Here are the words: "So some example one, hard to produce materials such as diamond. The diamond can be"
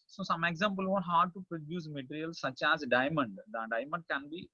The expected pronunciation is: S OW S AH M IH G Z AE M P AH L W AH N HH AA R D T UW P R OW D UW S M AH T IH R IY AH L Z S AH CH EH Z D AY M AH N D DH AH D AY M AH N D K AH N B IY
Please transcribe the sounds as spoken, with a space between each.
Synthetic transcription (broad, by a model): S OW S AH M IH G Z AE M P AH L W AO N HH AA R D T UW P R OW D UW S M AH T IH R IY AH L S AH CH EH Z D AY M AH N D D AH D AY M AH N D K AH N B IY